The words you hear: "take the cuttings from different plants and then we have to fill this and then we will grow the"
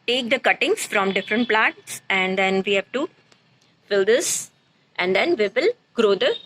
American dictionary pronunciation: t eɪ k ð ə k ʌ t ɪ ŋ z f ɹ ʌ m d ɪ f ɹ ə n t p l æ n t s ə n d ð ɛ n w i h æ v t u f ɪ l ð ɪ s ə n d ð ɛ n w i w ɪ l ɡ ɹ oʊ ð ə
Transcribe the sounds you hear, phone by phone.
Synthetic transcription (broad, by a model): t eɪ k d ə k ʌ t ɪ ŋ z f ɹ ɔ m d ɪ f ɹ ə n t p l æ t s ə n d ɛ n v i h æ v t u f ɪ l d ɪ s ə n d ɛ n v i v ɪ l ɡ ɹ oʊ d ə